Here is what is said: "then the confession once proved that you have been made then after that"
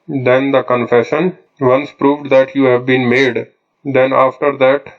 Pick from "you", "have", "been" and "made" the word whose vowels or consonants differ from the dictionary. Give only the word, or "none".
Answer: none